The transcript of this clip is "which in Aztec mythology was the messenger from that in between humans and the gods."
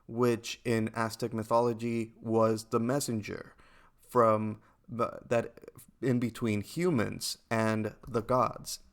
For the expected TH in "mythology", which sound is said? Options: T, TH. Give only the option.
TH